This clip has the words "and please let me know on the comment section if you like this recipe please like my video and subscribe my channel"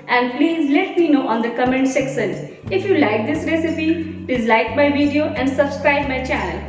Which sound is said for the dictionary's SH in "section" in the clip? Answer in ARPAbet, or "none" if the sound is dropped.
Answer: S